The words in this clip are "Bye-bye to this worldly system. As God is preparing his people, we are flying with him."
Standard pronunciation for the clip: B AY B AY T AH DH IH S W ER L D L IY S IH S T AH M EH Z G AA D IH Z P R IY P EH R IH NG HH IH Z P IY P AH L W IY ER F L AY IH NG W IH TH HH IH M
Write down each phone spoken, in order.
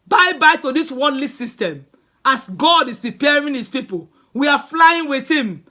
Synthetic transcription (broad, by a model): B AY B AY T AH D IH S W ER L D L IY S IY S T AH M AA S G AA D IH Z P R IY P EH R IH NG HH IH S P IY P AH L W IY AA F L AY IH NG W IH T HH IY M